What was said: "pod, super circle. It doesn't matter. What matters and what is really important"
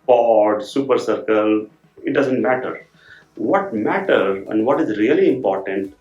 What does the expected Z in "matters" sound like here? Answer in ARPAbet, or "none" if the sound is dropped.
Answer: none